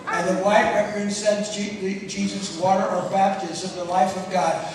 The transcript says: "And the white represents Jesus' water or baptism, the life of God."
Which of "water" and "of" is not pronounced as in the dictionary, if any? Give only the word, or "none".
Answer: none